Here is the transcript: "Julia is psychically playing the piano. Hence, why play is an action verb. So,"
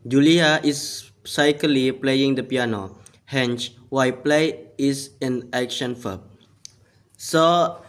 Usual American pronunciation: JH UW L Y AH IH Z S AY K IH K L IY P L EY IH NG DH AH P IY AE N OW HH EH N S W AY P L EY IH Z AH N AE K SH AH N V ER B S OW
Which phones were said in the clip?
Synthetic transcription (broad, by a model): JH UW L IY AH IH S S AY K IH L IY P L EY IH NG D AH P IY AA N OW HH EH N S W AY P L EY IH S AH N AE K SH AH N F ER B S OW